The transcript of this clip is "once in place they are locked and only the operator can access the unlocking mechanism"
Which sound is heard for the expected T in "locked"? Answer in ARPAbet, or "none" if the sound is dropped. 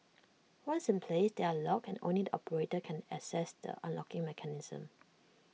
none